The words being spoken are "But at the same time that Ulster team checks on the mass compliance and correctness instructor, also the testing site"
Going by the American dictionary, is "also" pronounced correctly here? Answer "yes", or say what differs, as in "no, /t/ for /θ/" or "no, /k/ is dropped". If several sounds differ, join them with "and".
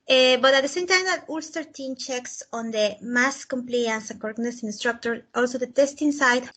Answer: yes